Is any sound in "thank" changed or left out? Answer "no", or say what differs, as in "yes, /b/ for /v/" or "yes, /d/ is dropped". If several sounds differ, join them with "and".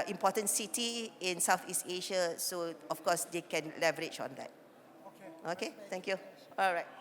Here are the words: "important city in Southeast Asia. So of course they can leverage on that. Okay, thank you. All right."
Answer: yes, /t/ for /θ/